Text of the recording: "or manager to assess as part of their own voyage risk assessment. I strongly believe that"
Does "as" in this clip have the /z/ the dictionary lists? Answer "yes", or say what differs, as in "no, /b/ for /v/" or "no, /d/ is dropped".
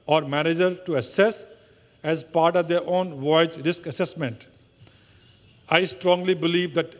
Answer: yes